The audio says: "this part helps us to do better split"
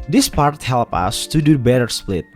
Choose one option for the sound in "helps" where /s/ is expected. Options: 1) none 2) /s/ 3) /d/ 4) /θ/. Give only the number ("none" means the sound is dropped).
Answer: 1